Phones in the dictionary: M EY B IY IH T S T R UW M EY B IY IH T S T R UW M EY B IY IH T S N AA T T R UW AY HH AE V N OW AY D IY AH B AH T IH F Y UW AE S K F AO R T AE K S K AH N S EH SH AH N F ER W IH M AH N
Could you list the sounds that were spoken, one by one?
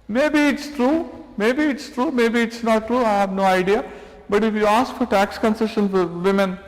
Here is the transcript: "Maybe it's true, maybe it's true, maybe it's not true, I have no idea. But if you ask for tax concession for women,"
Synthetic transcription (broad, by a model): M EY B IY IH T S T R UW M EY B IY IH T S T R UW M EY B IY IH T S N AA T T R UW AY HH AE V N OW AY D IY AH B AH T IH F Y UW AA S K F AO R T AE K S K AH N S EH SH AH N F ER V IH M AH N